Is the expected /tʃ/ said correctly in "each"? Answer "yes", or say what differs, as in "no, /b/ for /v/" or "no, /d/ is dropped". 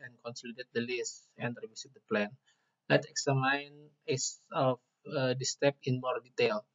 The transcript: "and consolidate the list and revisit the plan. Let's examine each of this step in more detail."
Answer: no, /s/ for /tʃ/